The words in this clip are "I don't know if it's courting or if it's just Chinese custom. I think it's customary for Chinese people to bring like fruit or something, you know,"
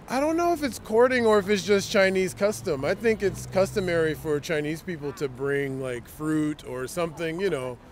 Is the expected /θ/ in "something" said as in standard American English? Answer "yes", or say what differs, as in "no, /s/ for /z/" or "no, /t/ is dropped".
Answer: yes